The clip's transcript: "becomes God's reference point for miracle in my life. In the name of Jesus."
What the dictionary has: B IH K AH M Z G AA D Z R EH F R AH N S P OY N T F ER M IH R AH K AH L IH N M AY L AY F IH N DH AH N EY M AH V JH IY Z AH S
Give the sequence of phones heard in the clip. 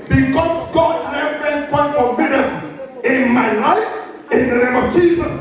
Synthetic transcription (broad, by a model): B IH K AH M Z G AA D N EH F AH S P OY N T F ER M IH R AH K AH IH N M AY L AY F IH N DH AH N EY M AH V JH IY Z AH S